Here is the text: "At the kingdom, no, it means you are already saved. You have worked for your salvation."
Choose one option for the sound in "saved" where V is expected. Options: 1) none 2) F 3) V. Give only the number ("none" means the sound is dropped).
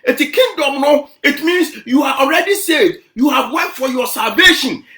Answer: 1